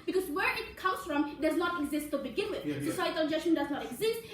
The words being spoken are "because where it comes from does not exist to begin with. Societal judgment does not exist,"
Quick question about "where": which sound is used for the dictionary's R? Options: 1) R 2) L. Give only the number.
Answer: 1